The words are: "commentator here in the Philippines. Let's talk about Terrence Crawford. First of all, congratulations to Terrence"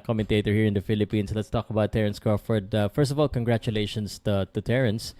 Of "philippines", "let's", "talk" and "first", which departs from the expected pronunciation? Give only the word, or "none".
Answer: philippines